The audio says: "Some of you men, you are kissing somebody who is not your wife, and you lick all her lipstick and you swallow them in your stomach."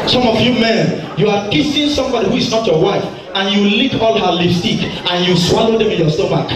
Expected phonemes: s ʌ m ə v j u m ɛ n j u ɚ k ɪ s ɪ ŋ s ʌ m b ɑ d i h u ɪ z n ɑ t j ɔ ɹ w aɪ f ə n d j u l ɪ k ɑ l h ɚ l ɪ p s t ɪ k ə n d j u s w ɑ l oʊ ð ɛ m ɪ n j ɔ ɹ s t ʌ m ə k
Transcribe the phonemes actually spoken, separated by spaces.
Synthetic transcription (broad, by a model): s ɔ m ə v j u m ɛ n j u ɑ k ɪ s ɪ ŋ s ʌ m b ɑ d i h u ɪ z n ɑ t j ɔ w aɪ f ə n j u l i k ɑ l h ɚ l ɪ s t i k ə n j u s w ɑ l oʊ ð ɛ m ɪ n j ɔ s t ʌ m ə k